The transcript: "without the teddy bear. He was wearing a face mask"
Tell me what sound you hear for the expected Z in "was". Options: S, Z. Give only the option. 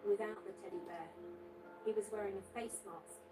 Z